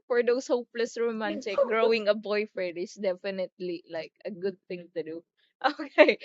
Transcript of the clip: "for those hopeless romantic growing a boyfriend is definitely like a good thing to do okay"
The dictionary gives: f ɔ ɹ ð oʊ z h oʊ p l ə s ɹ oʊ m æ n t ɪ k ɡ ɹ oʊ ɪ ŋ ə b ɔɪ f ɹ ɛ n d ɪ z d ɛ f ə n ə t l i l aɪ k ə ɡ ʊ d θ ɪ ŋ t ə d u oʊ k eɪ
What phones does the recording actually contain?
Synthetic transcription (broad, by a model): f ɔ ɹ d oʊ s h oʊ p l ə s ɹ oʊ m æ n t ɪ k ɡ ɹ oʊ ɪ ŋ ə b ɔɪ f ɛ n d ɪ s d ɛ f ə n ə t l i l aɪ k ə ɡ ʊ d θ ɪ ŋ t ə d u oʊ k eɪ